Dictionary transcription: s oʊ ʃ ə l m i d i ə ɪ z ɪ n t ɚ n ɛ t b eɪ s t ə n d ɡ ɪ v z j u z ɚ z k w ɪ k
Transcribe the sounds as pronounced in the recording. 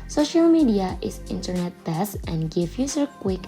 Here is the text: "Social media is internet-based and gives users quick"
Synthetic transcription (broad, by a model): s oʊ ʃ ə l m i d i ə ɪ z ɪ n t ɚ n ɛ t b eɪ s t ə n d ɡ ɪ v j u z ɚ k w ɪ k